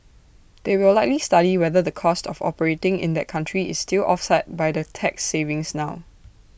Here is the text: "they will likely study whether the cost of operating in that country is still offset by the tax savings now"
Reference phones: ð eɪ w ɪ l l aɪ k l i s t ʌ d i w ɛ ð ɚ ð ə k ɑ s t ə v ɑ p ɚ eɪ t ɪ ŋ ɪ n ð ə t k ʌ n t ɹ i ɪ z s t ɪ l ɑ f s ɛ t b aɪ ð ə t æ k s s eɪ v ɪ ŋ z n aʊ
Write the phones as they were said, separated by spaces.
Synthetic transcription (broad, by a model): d eɪ w ɪ l l aɪ k l i s t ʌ d i w ɛ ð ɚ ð ə k ɑ s t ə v ɑ p ɚ eɪ t ɪ ŋ ɪ n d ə t k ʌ n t ɹ i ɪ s t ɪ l ɑ f s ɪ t b aɪ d ə t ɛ k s s eɪ v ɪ ŋ s n aʊ